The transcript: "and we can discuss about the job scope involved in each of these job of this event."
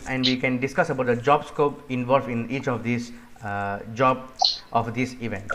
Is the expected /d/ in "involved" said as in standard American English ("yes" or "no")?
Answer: no